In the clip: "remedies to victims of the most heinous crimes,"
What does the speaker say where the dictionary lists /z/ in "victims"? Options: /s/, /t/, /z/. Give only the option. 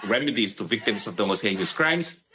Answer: /s/